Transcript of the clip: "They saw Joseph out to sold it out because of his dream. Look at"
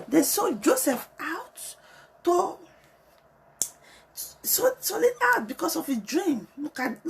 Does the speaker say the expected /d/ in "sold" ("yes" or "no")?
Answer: no